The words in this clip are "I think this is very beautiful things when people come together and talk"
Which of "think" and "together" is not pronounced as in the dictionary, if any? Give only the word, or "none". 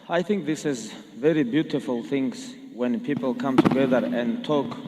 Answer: none